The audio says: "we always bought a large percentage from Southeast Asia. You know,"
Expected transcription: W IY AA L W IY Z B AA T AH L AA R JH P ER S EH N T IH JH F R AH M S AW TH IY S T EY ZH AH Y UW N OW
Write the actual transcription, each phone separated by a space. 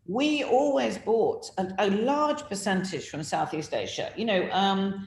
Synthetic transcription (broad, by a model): W IY AA L W IY Z B AA T AH L AA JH P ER S EH N T IH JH F R AH M S AW TH IY S T EY SH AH Y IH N OW